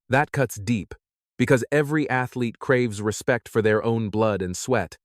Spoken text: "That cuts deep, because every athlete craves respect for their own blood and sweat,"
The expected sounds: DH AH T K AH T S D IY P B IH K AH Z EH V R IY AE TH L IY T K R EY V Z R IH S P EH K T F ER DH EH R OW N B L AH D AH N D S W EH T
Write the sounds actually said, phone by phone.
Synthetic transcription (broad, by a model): DH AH T K AH T S D IY P B IH K AH Z EH V R IY AE TH L IY T K R EY V Z R IH S P EH K T F ER DH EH R OW N B L AH D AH N S W EH T